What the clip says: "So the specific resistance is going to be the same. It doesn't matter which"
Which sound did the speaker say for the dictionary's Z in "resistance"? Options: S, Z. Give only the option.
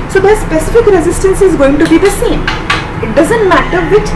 Z